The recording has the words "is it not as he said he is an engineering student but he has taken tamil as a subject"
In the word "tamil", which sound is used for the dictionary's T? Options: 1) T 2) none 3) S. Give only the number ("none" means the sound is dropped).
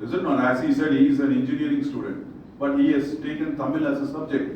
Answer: 1